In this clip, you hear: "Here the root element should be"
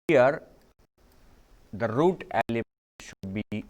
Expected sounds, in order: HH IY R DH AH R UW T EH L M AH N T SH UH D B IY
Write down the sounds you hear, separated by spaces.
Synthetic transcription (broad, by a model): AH R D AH R UW T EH L AH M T SH UH D B IY